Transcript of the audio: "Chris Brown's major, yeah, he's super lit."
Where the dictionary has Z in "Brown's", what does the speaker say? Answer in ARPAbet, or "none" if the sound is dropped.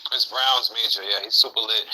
Z